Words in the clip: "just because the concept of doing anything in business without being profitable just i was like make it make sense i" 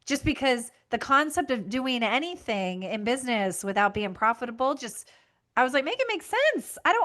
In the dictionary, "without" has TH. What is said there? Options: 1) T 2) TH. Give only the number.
2